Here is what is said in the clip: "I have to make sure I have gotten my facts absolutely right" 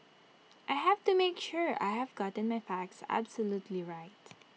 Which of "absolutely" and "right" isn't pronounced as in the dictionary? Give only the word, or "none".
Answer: none